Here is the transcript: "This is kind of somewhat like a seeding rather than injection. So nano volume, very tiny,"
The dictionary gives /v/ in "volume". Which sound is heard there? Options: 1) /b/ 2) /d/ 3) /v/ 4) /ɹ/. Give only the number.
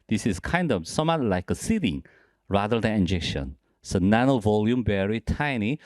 3